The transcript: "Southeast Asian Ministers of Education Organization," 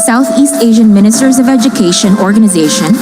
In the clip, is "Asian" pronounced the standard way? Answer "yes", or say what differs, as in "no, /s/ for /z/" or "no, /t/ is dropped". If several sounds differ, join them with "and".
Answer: yes